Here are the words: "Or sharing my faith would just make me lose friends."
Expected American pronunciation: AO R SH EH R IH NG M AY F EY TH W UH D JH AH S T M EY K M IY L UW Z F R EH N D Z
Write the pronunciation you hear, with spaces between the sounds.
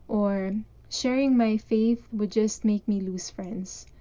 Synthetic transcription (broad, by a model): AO R SH EH R IH NG M AY F EY TH W UH D JH AH S T M EY K M IY L UW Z F R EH N D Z